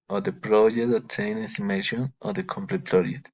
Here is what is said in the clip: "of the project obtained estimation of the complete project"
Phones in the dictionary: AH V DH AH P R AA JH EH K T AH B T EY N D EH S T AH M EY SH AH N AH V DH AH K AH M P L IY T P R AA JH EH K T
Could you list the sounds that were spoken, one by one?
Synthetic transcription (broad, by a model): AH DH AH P R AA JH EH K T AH T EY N EH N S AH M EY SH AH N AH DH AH K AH M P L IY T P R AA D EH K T